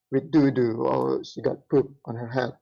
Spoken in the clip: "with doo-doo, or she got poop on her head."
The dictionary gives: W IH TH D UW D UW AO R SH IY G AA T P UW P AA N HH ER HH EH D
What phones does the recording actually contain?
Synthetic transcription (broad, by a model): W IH D UW D UW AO L SH IY G AA T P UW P AA N HH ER HH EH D